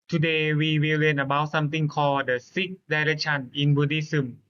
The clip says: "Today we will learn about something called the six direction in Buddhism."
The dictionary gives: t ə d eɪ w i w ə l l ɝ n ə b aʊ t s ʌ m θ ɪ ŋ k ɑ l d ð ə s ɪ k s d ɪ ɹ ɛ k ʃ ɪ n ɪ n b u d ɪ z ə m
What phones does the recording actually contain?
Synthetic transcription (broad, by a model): t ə d eɪ w i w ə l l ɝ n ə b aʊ s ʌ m t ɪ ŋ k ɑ d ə s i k d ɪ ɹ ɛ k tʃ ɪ n ɪ n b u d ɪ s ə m